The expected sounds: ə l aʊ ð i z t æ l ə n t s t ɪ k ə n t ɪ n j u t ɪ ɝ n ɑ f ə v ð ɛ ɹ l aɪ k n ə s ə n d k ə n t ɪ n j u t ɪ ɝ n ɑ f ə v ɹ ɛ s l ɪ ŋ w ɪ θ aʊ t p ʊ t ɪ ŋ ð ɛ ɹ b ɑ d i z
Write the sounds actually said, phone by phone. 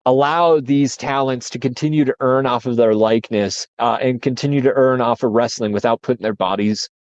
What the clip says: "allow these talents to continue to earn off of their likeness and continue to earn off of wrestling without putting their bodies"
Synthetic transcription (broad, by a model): ə l aʊ ð i z t æ l ə n t s t ɪ k ə n t ɪ n j u t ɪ ɝ n ɑ f ə v ð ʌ ɹ l aɪ k n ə s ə n k ə n t ɪ n j u t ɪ ɝ n ɑ f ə ɹ ɛ s l ɪ ŋ w ɪ θ aʊ t p ʊ t ɪ ŋ ð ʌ ɹ b ɑ d i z